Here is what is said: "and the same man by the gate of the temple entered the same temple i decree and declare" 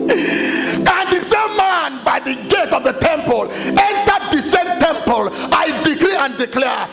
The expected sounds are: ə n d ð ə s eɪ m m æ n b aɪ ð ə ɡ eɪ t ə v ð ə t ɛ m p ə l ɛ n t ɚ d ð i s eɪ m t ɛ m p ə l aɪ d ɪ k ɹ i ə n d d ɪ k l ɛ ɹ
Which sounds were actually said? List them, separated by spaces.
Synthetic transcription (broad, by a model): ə n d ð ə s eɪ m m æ n b aɪ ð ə ɡ eɪ t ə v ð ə t ɛ m p ə l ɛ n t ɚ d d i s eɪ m t ɛ m p ə l aɪ d ɪ k ɹ i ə n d d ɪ k l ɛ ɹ